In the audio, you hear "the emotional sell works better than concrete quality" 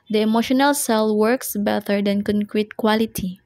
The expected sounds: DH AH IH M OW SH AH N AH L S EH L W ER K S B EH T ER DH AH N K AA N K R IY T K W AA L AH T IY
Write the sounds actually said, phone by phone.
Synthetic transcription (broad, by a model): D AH IH M OW SH AH N AH L S EH L W ER K S B EH T ER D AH N K AA N K R IY T K W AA L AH T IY